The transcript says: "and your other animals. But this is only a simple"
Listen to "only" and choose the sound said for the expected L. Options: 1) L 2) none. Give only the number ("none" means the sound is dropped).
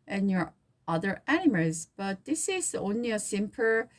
1